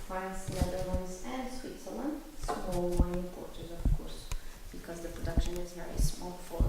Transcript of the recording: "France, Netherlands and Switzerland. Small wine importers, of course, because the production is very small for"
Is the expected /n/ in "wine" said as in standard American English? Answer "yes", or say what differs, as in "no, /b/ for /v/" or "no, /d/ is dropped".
no, /n/ is dropped